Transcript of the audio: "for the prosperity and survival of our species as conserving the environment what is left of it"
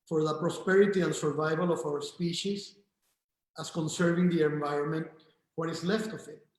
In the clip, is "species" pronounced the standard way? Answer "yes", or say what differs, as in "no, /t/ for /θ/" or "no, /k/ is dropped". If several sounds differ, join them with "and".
no, /s/ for /z/